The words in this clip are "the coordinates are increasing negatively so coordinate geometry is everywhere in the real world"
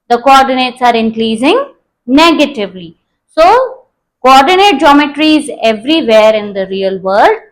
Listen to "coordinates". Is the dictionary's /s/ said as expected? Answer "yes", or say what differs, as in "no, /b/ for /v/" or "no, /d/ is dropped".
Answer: yes